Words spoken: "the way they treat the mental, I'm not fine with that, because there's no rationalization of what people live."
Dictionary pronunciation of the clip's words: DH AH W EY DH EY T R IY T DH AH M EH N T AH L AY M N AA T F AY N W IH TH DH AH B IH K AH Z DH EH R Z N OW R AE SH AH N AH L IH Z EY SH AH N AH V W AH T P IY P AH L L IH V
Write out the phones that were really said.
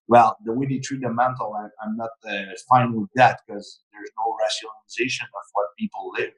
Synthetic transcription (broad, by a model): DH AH W EY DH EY T R IY T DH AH M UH N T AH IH AY M N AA T F AY N W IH DH AH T K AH Z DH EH R Z N OW R AE SH AH N AH L IH Z EY SH AH N AH V W AH T P IY P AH L L IH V